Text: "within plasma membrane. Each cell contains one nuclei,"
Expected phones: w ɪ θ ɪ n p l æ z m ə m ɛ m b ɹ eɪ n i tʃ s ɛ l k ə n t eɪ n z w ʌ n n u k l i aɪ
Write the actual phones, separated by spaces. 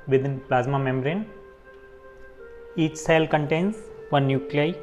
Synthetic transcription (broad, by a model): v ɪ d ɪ n p l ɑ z m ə m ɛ m ɹ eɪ n i tʃ s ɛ l k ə n t eɪ n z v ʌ n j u k l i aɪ